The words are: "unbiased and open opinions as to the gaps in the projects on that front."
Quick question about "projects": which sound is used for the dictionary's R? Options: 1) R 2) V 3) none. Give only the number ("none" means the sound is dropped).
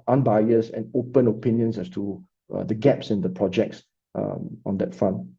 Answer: 1